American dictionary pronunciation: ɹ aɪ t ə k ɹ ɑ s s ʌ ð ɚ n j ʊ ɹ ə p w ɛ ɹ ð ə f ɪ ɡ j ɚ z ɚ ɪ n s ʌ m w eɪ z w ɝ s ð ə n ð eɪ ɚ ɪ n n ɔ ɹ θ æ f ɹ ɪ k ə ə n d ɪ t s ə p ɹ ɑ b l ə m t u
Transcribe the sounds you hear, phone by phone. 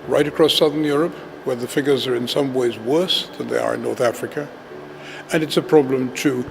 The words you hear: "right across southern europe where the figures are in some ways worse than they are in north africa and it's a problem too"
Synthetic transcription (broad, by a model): ɹ aɪ t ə k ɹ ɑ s s ʌ ð ɚ n j ʊ ɹ ə p w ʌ ɹ ð ə f ɪ ɡ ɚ z ɚ ɪ n s ʌ m w eɪ z w ɝ s ð ə n ð eɪ ɚ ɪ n n ɔ ɹ θ æ f ɹ ɪ k ə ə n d ɪ t s ə p ɹ ɑ b l ə m t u